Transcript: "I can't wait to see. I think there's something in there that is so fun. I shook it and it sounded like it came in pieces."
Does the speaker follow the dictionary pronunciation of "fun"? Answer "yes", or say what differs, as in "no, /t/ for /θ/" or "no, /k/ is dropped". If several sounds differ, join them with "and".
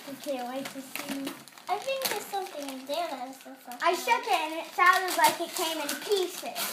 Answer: no, /n/ is dropped